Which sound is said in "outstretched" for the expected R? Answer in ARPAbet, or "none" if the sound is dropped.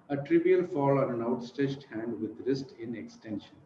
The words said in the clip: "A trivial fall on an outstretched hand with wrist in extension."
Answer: none